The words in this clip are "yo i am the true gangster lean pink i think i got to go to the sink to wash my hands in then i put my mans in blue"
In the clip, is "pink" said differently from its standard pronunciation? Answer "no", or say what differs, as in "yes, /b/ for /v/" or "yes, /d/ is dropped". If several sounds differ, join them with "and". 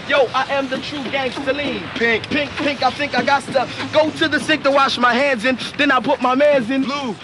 no